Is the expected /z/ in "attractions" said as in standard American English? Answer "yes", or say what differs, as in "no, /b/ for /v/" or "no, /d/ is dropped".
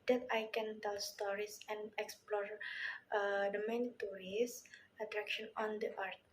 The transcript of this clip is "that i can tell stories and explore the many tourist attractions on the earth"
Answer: no, /z/ is dropped